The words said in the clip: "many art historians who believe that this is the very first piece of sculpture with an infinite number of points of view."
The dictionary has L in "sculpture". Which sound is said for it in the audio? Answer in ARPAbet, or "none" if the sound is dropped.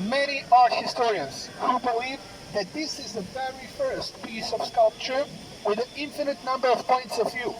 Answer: L